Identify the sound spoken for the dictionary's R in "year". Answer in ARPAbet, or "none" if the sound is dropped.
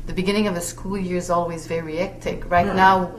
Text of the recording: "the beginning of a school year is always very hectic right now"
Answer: R